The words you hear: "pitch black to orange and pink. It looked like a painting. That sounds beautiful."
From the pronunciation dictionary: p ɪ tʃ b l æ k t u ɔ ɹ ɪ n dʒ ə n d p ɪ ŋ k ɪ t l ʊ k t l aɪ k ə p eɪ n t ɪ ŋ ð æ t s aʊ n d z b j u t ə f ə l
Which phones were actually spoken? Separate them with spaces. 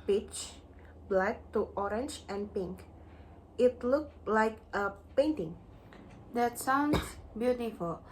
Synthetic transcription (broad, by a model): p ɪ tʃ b l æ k t u ɔ ɹ ɪ n dʒ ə n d p ɪ ŋ k ɪ t l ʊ k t l aɪ k ə p eɪ n t ɪ ŋ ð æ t s aʊ n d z b j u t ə f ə l